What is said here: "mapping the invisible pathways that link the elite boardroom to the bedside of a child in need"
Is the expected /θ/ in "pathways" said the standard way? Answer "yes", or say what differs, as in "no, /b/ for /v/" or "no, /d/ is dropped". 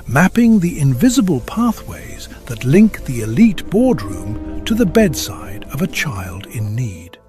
yes